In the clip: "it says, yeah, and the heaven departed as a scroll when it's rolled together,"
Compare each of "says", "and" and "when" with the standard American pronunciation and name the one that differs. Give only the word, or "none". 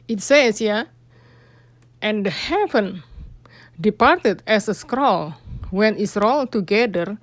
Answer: says